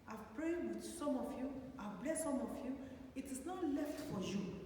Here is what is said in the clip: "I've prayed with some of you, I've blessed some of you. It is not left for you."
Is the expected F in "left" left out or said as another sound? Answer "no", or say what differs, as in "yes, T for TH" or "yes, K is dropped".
no